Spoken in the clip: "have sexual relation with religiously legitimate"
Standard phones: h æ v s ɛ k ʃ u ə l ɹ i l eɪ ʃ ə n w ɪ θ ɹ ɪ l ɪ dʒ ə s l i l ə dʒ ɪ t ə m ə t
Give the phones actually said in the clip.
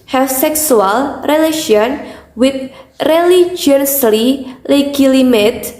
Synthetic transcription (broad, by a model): h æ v s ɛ k s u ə l ɹ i l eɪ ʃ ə n w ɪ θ ɹ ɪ l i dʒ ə s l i l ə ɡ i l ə m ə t